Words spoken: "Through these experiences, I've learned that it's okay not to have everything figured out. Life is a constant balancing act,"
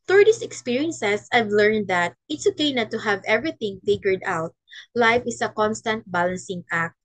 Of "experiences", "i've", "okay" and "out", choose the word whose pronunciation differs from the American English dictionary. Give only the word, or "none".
experiences